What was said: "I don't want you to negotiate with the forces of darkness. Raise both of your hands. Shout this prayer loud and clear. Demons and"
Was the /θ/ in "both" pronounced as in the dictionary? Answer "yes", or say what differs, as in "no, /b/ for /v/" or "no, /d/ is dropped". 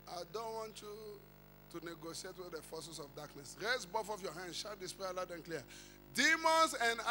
no, /f/ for /θ/